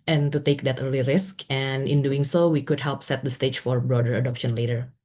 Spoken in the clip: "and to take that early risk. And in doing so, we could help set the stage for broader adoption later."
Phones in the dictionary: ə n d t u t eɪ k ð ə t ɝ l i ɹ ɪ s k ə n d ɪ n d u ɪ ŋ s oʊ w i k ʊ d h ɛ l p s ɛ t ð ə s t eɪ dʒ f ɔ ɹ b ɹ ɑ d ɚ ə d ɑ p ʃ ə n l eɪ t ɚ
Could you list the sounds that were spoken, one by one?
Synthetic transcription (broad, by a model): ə n t u t eɪ k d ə t ɝ l i ɹ ɪ s k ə n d ɪ n d u ɪ ŋ s oʊ w i k ʊ d h ɛ l p s ɛ t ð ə s t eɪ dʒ f ɔ ɹ b ɹ ɑ d ɚ ə d ɑ p ʃ ə n l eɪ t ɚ